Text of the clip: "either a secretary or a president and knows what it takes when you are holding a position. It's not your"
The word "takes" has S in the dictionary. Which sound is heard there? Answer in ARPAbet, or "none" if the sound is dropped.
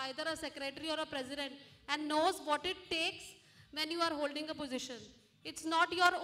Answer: S